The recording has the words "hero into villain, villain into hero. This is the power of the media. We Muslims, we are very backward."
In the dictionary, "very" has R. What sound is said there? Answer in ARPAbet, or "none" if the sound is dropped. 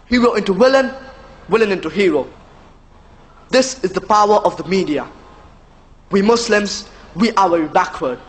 W